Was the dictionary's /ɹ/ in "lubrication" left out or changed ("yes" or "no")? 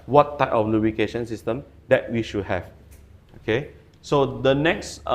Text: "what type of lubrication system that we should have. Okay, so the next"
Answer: yes